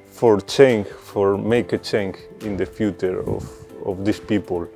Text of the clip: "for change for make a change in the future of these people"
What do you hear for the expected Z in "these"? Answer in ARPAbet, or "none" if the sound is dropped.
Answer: S